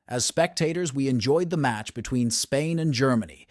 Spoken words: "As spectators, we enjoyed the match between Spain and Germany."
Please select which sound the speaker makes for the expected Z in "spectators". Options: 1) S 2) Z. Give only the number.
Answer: 2